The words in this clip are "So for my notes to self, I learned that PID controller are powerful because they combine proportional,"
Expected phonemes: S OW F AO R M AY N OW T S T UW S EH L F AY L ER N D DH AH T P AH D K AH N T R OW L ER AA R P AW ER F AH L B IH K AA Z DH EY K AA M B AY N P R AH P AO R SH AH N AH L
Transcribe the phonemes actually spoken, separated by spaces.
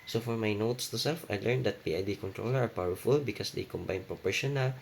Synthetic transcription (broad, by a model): S OW F AO R M AY N OW T S T UW S EH L F AY L ER N D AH T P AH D K AH N T R OW L ER AA R P AW ER F AH L B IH K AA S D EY K AA M B AY N P R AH P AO R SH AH N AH L